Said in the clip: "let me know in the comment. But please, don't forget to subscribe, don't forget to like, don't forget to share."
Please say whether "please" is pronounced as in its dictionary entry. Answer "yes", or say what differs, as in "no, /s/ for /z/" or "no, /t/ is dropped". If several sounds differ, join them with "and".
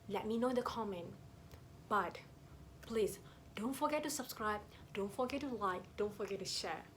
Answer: no, /s/ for /z/